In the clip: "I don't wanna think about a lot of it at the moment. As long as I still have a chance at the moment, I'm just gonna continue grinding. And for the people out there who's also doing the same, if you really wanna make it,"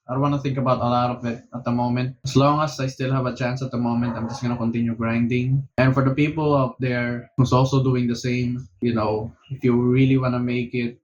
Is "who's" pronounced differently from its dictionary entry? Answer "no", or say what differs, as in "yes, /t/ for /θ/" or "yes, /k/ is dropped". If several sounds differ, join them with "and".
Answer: yes, /s/ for /z/